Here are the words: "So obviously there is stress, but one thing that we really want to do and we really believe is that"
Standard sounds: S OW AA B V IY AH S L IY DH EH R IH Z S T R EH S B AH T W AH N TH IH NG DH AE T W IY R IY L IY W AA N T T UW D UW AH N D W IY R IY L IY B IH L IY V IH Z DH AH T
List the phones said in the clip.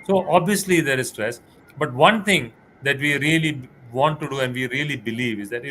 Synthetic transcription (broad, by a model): S OW AA B V IY AH S L IY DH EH R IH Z S T R EH S B AH T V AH N T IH NG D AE T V IY R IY L IY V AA N T T UW D UW AH N D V IY R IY L IY B IH L IY V IH Z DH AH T